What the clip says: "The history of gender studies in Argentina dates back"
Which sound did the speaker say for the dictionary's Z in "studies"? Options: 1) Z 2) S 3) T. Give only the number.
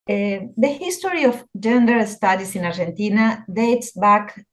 2